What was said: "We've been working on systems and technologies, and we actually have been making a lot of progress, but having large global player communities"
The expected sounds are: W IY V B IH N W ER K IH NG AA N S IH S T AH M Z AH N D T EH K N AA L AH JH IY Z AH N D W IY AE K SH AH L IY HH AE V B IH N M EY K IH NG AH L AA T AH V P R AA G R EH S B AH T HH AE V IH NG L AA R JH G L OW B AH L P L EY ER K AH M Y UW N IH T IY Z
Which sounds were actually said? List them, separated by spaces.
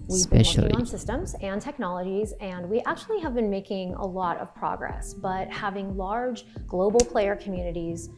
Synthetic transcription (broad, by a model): W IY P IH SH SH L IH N S IH S T AH M Z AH N T EH K N AA L AH JH IY Z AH N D W IY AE K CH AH L IY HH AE V B IH N M EY K IH NG AH L AA T AH V P R AA G R EH S B AH T HH AE V IH NG L AA R JH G L OW B L P L EY ER K M Y UW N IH T IY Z